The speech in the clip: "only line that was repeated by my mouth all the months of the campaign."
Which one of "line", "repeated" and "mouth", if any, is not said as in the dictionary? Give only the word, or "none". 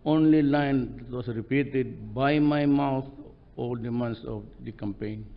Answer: mouth